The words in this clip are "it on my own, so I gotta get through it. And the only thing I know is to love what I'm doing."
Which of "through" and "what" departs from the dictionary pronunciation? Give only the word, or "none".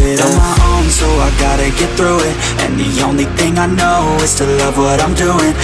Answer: none